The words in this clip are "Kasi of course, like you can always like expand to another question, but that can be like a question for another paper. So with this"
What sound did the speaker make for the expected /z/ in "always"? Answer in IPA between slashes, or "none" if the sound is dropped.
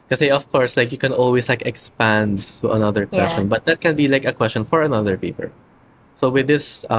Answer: /s/